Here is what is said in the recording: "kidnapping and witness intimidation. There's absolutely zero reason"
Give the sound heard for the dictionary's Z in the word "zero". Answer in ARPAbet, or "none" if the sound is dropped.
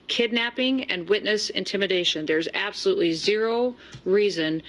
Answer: Z